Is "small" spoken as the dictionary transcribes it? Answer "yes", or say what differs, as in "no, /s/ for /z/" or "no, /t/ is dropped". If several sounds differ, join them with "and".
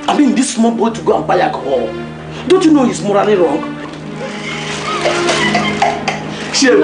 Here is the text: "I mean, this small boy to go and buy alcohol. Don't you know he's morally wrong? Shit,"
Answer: no, /n/ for /l/